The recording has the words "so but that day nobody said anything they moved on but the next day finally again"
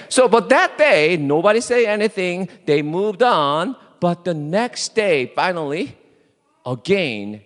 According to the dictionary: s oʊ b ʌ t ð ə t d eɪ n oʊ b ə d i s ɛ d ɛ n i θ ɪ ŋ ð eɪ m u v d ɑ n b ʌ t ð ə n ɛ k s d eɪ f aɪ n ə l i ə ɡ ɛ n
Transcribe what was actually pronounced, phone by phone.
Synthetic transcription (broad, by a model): s oʊ b ʌ t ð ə t d eɪ n oʊ b ə d i s ɛ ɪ ɛ n i θ ɪ ŋ ð eɪ m u v d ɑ n b ʌ t ð ə n ɛ k s d eɪ f aɪ n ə l i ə ɡ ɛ n